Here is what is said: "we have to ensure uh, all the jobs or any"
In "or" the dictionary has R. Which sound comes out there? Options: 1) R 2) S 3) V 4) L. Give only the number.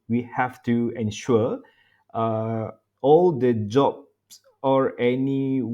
1